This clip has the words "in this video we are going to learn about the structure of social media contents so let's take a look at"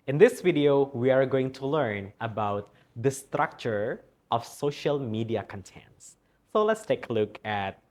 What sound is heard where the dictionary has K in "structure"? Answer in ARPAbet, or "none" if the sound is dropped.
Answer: K